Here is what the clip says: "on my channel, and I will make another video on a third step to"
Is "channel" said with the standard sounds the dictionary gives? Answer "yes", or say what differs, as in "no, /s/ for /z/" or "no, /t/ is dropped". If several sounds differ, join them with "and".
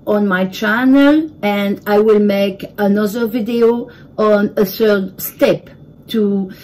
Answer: yes